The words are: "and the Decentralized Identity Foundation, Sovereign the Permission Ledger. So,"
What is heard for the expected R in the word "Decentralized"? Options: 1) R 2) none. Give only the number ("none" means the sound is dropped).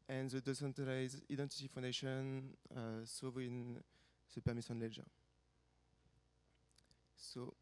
2